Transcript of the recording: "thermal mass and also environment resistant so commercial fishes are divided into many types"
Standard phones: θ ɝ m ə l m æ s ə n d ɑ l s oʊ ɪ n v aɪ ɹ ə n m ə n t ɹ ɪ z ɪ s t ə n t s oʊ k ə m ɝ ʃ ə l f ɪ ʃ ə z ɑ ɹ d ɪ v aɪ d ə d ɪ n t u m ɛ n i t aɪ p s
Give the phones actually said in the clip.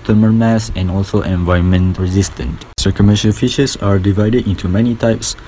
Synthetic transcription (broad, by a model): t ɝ m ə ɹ m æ s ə n ɑ l s oʊ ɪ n v aɪ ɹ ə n m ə n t ɹ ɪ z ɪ s t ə n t s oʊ k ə m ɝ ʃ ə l f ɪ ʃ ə s ɑ ɹ d ɪ v aɪ d ə d ɪ n t u m ɛ n i t aɪ p s